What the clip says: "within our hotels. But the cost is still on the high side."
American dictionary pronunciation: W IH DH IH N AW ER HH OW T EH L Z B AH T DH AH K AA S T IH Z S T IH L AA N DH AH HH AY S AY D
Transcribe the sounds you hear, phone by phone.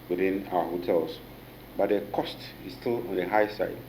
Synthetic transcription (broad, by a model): W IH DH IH N AW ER HH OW T EH L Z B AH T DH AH K AA S T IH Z S T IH L AA N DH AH HH AY S AY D